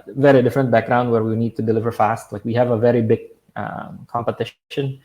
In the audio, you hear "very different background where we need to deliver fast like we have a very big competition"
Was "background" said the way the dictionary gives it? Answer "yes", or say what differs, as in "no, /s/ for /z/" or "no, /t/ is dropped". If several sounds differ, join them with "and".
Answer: yes